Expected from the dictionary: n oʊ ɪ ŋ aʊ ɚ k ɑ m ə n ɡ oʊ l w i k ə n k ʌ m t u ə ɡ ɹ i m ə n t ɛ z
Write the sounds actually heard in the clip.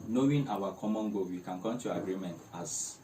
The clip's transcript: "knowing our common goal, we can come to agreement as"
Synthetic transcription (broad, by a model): n oʊ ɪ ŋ aʊ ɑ k ɑ m ə n ɡ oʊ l w i k ə n k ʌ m t u ə ɡ ɹ i m ə n t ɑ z